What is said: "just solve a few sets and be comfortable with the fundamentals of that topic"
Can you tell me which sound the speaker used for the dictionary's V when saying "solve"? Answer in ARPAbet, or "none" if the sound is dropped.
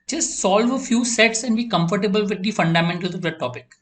V